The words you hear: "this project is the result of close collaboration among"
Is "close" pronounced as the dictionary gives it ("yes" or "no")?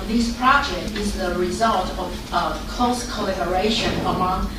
no